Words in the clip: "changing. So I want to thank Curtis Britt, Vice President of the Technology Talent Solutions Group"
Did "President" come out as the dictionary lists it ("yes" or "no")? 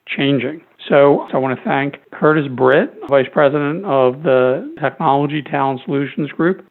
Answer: yes